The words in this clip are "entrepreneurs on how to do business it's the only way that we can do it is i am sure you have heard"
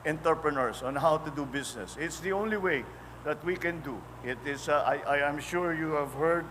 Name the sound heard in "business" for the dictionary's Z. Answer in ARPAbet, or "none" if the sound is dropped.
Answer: S